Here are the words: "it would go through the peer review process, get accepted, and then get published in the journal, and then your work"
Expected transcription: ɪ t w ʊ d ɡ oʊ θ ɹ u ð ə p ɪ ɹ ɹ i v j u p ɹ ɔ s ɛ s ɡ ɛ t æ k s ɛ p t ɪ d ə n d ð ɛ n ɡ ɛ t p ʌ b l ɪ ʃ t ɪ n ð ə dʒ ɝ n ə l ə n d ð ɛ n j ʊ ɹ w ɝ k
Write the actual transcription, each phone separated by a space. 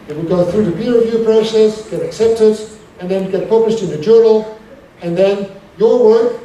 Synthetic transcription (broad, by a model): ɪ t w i ɡ oʊ θ ɹ u ð ə b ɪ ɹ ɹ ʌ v j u p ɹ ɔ s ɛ s ɡ ɛ t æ k s ɛ p t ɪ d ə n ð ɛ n ɡ ɛ t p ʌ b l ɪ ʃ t ɪ n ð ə dʒ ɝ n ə l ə n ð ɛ n j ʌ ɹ w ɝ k